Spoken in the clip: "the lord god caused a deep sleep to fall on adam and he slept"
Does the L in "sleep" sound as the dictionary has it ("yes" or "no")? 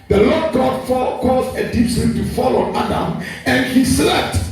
no